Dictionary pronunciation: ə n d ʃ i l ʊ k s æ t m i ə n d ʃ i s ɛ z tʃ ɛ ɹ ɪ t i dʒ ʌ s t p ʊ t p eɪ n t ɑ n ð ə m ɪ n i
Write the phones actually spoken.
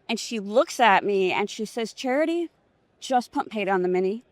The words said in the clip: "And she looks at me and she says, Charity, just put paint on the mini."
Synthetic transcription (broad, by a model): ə n ʃ i l ʊ k s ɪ t m i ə n ʃ i s ɛ z tʃ ɛ ɹ ɪ t i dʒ ʌ s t p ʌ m p eɪ t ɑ n ð ə m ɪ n i